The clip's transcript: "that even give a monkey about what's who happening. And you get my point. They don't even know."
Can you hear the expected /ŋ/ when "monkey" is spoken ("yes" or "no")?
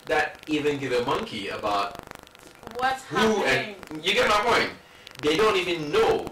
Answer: yes